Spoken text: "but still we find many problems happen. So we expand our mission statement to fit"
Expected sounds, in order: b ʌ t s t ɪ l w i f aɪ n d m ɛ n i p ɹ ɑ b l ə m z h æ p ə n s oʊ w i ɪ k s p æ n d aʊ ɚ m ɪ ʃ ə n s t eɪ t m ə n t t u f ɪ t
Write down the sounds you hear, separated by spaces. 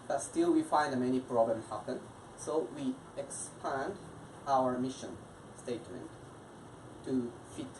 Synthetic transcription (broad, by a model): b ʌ t s t ɪ l w i f aɪ n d m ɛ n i p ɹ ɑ b l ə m h æ p ə n s oʊ w i ɪ k s p æ n d aʊ ɚ m ɪ ʃ ə n s t eɪ t m ə n t t u f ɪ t